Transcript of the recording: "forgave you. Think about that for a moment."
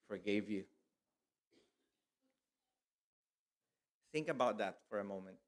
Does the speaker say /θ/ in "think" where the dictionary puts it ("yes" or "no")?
yes